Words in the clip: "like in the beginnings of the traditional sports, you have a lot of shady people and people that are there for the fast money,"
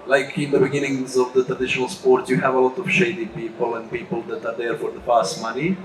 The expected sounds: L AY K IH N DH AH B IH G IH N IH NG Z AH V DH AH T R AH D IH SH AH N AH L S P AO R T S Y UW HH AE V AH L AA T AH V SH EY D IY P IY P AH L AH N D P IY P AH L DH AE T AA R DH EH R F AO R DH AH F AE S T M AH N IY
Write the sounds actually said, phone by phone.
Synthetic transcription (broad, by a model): L AY K IH N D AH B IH G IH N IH NG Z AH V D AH T R AH D IH SH AH N AH L S P AO R T S Y UW HH AE V AH L AA T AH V SH EY D IY P IY P AH L AH N D P IY P AH L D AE T AA R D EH R F AO R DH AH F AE S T M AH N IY